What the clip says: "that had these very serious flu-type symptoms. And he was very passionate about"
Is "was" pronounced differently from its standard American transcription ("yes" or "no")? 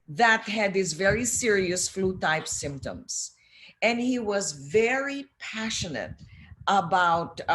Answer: no